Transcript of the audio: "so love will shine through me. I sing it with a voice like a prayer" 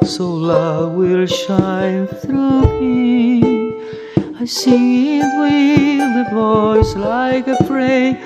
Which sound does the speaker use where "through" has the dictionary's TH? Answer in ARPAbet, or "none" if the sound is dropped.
TH